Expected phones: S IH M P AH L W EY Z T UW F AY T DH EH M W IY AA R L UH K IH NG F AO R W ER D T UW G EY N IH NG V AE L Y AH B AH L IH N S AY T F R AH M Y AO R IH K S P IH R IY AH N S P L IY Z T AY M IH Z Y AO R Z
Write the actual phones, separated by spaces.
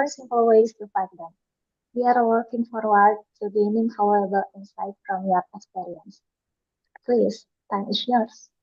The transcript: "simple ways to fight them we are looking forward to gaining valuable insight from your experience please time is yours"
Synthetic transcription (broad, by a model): S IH M P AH L W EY S T UW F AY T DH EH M W IY AA R W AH K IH NG F AO R W ER D T UW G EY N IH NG F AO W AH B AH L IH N S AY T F R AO M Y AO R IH K S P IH R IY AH N S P L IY S T AY M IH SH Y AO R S